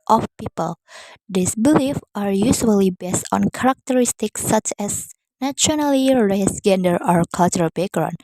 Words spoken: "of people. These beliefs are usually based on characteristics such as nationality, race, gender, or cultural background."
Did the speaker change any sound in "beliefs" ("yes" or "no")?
yes